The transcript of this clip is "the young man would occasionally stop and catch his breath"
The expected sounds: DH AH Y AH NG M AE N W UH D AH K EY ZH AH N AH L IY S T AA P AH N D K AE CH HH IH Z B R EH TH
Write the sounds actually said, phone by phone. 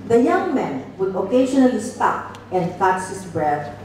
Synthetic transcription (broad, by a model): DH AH Y AH NG M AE N W UH D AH K EY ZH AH N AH L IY S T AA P AH N D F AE S HH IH S B R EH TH